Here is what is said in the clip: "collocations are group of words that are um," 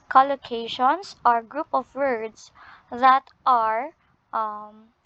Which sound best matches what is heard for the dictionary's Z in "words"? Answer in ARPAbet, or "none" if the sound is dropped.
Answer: S